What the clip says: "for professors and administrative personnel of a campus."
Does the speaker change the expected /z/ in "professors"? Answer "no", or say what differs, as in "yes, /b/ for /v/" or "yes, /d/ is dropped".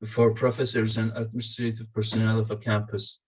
no